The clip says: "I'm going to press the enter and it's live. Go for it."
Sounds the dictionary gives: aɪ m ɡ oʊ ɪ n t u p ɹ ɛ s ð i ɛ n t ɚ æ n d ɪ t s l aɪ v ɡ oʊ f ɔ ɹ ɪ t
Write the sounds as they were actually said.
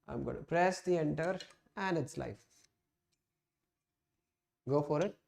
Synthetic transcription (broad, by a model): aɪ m ɡ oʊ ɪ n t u p ɹ ɛ s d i ɛ n t ɚ æ n d ɪ t s l aɪ f ɡ oʊ f ɔ ɹ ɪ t